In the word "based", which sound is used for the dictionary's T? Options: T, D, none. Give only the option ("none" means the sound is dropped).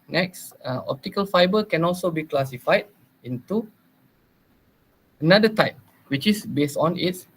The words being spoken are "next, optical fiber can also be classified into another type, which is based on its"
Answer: T